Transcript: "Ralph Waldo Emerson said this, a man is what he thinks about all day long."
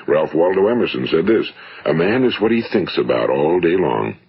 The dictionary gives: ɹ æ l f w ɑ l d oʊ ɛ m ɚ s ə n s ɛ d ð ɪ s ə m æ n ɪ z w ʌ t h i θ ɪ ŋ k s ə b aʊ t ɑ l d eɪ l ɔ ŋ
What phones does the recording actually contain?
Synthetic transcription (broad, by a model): ɹ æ l f w ɑ l d oʊ ɛ m ɚ s ə n s ɛ d ð ɪ s ə m æ n ɪ z w ʌ t h i θ ɪ ŋ k s ə b aʊ t ɑ l d eɪ l ɔ ŋ